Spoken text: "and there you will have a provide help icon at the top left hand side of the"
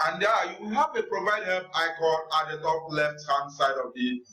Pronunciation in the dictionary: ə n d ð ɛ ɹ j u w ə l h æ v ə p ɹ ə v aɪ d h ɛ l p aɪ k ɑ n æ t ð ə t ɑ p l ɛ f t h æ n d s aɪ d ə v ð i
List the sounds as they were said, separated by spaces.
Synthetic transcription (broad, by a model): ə n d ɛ j u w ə h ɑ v ə p ɹ ə v aɪ d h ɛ p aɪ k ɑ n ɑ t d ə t ɑ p l ɛ f t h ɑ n s aɪ d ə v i